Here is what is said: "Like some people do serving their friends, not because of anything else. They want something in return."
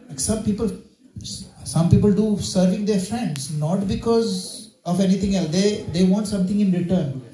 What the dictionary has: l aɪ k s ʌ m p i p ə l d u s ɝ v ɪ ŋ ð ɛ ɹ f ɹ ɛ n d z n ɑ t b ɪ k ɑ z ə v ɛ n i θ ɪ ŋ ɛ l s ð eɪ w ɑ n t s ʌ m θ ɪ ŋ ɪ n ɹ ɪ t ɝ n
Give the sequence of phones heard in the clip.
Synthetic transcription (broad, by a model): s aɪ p s ʌ m p i p ə l d u s ɝ v ɪ ŋ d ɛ ɹ f ɹ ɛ n d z n ɑ t b ɪ k ɑ z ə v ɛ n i t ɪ ŋ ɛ l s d eɪ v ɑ n t s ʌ m t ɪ ŋ ɪ n ɹ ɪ t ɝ n